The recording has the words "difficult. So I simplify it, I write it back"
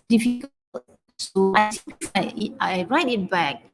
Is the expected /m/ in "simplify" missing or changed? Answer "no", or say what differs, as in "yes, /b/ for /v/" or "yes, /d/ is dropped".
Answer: yes, /m/ is dropped